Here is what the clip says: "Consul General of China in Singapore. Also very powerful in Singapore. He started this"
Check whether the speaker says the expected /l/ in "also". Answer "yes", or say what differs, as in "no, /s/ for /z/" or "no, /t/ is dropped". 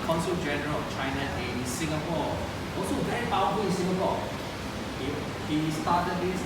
no, /l/ is dropped